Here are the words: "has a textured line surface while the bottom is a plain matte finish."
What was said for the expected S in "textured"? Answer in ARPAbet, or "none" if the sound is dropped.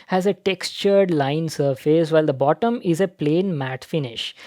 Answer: S